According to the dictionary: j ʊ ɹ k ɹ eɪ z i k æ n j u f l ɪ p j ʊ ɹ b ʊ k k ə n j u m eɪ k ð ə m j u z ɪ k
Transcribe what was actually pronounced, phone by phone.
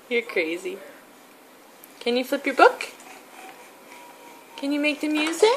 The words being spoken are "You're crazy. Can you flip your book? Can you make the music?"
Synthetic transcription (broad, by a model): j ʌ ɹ k ɹ eɪ z i k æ n j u f l ɪ p j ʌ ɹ b ʊ k k ə n j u m eɪ k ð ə m j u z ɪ